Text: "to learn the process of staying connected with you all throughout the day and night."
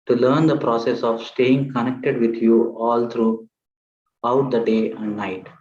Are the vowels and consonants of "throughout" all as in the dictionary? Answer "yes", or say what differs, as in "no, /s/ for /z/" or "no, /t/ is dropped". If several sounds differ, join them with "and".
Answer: no, /t/ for /θ/